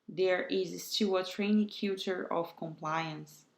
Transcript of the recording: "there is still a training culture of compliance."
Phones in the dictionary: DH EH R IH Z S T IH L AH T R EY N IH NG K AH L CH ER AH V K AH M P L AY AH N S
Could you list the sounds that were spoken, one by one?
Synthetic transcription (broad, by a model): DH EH R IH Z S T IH AH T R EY N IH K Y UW CH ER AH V K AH M P L AY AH N S